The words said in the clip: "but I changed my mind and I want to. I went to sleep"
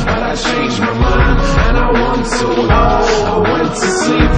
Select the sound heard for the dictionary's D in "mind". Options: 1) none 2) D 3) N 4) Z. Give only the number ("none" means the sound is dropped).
1